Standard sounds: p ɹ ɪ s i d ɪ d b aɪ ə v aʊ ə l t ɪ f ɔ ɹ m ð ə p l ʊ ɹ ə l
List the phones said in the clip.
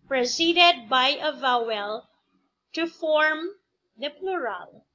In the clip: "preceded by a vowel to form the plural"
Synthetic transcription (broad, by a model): p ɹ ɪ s i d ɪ d b aɪ ə v aʊ ə l t ɪ f ɔ ɹ m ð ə p l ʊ ɹ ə l